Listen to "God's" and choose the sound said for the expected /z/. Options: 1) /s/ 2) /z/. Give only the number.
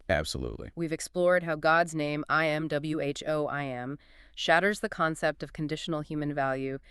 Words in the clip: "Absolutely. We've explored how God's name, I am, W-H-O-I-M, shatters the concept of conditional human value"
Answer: 2